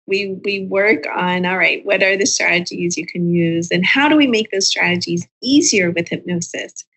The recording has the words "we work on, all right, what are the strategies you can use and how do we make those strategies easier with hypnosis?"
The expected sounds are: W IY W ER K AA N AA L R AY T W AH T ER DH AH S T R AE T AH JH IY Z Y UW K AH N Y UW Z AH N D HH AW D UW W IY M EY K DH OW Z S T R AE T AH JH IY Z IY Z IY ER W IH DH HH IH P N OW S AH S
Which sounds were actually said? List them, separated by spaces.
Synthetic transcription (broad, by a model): W IY W ER K N AA L R AY T W AH T ER DH AH S T R AE T AH JH IY Z Y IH K AH N Y UW Z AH N HH AW D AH W IY M EY K DH OW Z S T R AE T AH JH IY Z IY Z IY ER W IH DH HH IH P N OW S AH S